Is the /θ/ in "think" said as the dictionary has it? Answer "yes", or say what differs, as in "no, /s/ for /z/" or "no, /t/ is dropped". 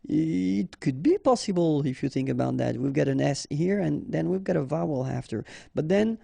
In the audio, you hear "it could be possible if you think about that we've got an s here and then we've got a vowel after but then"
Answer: yes